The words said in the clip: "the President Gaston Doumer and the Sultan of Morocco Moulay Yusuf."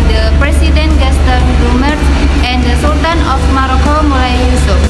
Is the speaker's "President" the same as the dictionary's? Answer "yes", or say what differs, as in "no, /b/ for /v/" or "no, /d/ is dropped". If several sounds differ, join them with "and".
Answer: no, /s/ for /z/